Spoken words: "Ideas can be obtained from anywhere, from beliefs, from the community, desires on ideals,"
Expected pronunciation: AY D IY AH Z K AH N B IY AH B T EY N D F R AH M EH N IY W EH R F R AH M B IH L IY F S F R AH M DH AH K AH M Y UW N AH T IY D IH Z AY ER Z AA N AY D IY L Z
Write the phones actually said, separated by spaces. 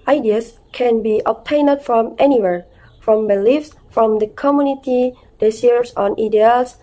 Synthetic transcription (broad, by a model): AY D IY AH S K AH N B IY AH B T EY N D F R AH M EH N IY W EH R F R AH M B IH L IY F S F R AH M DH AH K AH M Y UW N AH T IY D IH S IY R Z AA N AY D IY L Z